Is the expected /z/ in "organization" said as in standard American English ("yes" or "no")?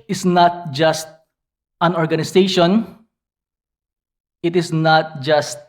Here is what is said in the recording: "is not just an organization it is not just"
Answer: no